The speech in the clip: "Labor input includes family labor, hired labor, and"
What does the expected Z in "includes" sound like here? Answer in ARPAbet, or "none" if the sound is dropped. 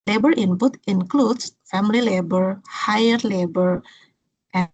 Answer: S